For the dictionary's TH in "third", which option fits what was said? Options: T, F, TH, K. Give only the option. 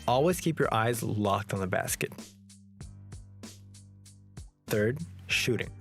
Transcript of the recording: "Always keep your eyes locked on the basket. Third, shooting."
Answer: TH